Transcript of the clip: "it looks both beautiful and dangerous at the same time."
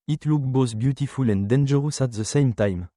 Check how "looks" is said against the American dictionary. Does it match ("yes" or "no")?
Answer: no